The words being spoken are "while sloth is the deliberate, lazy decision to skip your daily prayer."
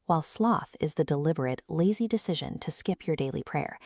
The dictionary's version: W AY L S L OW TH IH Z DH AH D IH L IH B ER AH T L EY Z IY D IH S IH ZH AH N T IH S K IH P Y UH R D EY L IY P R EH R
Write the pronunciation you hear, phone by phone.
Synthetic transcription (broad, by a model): W AY L S L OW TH IH Z DH AH D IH L IH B ER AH T L EY Z IY D IH S IH ZH AH N T IH S K IH P Y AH R D EY L IY P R EH R